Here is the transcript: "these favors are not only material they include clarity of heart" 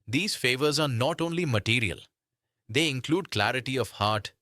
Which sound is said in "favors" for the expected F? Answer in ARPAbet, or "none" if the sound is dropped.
F